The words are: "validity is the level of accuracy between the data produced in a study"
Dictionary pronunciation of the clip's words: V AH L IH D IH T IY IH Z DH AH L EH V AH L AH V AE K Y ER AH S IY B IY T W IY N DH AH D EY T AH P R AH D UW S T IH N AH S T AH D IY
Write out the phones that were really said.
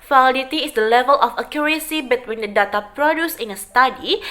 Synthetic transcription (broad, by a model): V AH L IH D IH T IY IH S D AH L EH V AH L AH F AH K Y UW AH S IY B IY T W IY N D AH D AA T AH P R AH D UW S IH N AH S T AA D IY